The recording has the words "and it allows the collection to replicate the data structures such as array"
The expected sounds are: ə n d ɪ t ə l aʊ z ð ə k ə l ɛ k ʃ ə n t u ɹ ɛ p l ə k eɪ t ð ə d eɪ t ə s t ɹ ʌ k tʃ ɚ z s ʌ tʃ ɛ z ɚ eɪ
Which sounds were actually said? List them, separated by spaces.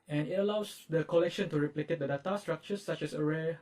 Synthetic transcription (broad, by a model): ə n ɪ t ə l aʊ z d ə k ə l ɛ k ʃ ə n t u ɹ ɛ p l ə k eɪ t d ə d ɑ t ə s t ɹ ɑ k tʃ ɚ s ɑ tʃ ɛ s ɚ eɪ